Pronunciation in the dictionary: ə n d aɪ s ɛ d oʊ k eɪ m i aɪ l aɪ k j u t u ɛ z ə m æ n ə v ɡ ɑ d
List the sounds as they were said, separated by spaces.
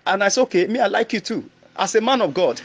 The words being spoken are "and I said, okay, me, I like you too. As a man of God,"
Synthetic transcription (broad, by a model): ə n aɪ s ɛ oʊ k eɪ m i aɪ l aɪ k j u t u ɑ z ə m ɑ n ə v ɡ ɑ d